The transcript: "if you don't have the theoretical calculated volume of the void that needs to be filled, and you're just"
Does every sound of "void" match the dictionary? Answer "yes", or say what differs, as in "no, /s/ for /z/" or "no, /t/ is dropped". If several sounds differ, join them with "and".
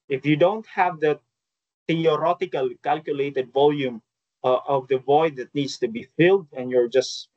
yes